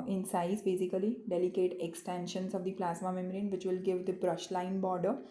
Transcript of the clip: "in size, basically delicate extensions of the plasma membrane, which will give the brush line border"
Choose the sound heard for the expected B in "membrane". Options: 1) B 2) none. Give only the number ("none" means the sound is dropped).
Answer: 2